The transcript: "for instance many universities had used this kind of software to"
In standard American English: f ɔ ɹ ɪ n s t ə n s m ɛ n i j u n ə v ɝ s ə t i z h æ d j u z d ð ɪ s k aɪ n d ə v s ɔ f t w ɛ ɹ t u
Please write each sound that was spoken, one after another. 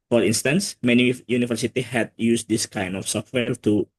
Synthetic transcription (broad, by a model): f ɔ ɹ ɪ n s t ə n s m ɛ n i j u n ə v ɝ s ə t i h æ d j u s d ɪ s k aɪ n d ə f s ɔ f t w ɛ ɹ t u